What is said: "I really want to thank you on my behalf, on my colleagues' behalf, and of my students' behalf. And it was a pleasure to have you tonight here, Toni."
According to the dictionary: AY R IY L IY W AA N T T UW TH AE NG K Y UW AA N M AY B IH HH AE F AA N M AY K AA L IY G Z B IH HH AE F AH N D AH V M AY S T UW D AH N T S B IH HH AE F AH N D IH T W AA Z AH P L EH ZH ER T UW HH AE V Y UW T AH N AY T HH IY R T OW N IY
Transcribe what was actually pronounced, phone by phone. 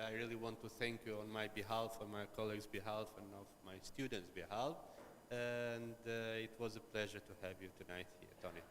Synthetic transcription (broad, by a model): AY R IY L IY W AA N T T UW TH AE NG K Y UW AA N M AY B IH HH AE F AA M AY K AA L IY G Z B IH HH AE F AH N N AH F M AY S T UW D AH N T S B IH HH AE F AH N D IH T W AA Z AH P L EH ZH ER T UW HH AE V Y UW T AH N AY T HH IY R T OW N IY